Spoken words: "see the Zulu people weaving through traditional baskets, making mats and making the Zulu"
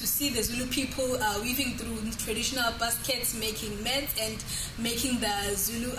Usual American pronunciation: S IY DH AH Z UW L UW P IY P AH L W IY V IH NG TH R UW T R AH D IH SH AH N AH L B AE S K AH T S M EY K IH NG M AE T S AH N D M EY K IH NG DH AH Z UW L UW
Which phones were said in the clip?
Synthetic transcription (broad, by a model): S IY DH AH Z UW L UW P IY P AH L W IY V IH NG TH R UW T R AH D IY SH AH N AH L B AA S K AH T S M EY K IH NG M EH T AH N D M EY K IH NG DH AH Z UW L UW